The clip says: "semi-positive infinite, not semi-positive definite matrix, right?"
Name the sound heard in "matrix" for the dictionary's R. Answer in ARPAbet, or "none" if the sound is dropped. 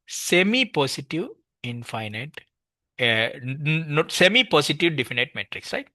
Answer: R